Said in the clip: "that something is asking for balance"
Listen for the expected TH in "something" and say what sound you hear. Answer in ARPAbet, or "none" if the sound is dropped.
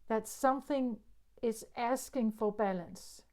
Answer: TH